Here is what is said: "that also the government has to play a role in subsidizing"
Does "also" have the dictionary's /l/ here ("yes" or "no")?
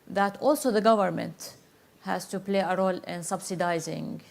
yes